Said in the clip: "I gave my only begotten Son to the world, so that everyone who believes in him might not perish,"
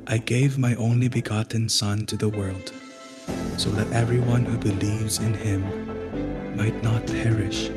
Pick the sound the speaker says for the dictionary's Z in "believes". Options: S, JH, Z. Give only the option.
Z